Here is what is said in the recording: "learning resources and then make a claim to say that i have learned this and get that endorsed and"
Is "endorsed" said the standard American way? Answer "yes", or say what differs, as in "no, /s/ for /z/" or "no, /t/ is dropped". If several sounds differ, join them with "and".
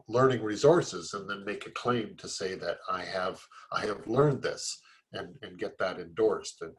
yes